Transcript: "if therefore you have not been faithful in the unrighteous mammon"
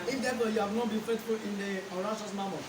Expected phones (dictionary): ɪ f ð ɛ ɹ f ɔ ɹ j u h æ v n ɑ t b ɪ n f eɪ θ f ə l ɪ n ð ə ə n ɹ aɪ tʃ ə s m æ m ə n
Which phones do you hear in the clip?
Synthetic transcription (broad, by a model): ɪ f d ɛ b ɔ j u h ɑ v n ɑ t b ɪ n f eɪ t f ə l ɪ n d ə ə ɹ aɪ ʃ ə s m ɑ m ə